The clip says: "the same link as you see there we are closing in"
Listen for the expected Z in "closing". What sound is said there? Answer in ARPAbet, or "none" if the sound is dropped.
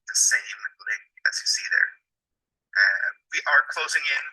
Z